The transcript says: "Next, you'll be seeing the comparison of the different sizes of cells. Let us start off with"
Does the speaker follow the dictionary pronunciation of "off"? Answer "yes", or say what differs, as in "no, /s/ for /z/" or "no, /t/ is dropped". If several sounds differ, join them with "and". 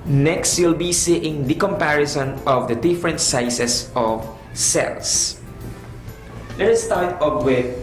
no, /p/ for /f/